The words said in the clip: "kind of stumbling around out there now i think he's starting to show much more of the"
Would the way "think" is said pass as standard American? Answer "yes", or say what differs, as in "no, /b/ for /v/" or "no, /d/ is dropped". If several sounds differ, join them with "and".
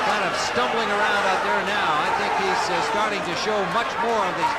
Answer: yes